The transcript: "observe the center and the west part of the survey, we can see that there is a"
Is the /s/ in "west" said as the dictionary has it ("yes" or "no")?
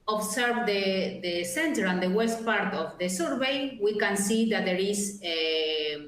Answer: yes